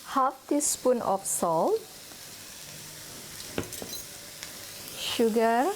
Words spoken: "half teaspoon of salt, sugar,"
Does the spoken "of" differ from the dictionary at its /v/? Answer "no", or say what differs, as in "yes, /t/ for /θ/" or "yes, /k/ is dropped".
yes, /p/ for /v/